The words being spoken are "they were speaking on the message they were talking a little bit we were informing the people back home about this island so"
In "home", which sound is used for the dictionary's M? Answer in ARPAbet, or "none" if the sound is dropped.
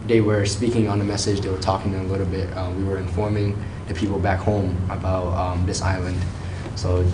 M